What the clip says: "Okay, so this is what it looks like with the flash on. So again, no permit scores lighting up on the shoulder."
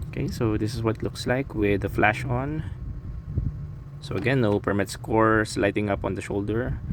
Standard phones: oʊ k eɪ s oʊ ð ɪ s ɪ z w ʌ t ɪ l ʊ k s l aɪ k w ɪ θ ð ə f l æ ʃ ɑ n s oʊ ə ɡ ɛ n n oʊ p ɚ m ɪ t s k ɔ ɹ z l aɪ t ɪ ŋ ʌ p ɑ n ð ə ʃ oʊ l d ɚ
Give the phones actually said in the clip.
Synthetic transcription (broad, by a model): oʊ k eɪ s oʊ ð ɪ s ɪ s w ʌ t l ʊ k s l aɪ k w ɪ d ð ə f l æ ʃ ɑ n s oʊ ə ɡ ɛ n n oʊ p ɚ m ɪ t s k ɔ ɹ s l aɪ t ɪ ŋ ʌ p ɑ n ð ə ʃ oʊ l d ɚ